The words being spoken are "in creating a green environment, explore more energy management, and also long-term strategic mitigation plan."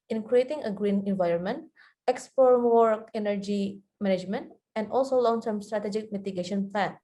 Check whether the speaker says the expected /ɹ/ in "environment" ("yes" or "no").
yes